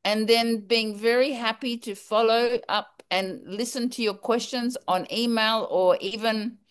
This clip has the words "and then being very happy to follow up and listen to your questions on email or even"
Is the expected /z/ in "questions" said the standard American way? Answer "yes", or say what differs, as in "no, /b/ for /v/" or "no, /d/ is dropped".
yes